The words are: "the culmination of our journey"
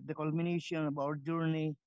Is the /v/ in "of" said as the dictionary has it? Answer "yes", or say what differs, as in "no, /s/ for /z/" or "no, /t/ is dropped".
no, /b/ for /v/